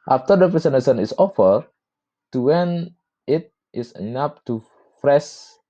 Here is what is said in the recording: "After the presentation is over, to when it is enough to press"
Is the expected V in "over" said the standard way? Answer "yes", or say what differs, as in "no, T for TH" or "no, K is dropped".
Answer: no, F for V